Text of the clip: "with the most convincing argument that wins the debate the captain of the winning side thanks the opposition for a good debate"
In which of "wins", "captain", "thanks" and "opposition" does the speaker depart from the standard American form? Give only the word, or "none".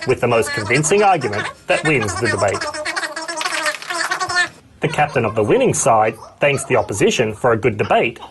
none